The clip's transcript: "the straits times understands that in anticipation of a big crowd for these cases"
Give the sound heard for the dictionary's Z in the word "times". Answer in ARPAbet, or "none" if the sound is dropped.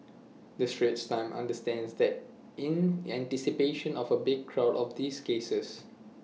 none